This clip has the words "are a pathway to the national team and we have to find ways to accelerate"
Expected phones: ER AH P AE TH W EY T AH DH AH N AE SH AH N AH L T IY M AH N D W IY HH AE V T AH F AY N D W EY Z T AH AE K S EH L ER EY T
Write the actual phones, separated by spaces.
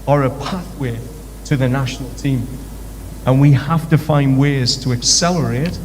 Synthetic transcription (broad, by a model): ER AH P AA TH W EY T AH DH AH N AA SH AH N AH L T IY M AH N W IY HH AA F T AH F AY N D W EY Z T AH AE K S EH L ER EY T